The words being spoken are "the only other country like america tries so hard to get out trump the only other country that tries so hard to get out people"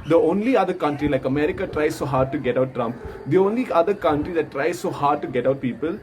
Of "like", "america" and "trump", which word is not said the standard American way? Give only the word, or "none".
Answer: none